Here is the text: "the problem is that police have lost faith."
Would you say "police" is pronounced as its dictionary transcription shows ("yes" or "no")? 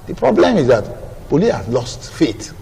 no